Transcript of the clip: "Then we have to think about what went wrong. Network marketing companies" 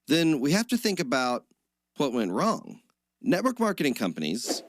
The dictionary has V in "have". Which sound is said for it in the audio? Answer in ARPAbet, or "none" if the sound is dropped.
F